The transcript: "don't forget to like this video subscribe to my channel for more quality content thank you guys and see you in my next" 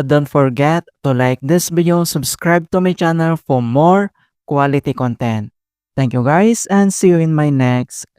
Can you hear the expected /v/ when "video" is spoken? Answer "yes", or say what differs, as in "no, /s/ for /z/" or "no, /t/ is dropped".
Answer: no, /b/ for /v/